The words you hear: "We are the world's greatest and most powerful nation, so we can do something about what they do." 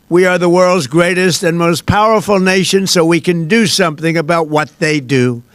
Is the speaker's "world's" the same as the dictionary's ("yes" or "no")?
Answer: yes